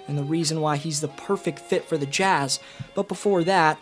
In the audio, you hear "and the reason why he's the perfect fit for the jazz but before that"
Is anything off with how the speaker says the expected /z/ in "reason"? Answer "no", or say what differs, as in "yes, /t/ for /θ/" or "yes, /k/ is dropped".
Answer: no